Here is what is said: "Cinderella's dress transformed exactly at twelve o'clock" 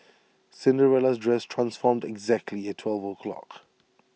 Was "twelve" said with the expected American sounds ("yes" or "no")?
yes